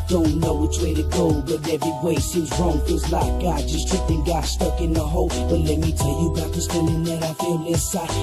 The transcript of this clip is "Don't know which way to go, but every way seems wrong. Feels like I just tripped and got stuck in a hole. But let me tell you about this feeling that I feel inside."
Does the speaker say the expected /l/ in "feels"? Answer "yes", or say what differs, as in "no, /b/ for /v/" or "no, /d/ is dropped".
no, /l/ is dropped